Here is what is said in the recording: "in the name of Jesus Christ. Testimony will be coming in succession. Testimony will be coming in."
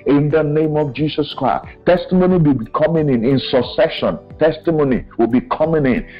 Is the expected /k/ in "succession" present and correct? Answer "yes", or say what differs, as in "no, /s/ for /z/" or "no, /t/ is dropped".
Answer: no, /k/ is dropped